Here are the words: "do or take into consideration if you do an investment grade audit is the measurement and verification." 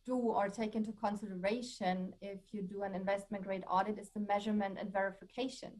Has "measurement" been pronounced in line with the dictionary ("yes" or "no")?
yes